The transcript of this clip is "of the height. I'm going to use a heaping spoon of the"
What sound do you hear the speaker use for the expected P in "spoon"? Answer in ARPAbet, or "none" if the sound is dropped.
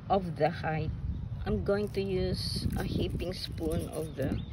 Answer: P